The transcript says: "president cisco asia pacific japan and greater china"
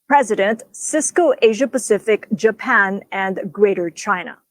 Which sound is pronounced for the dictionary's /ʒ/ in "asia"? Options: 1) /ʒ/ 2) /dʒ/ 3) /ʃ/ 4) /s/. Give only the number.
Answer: 1